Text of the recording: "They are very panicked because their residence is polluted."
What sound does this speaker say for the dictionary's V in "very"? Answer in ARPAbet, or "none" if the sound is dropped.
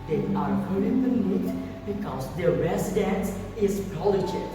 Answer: P